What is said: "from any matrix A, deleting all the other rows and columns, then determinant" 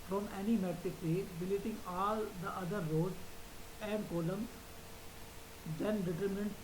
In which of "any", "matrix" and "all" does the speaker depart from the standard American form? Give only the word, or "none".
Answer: matrix